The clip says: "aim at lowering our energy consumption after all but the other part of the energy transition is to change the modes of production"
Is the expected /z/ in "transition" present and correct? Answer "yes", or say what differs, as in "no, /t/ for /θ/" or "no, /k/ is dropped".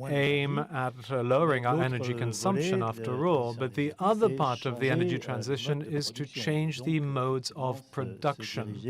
yes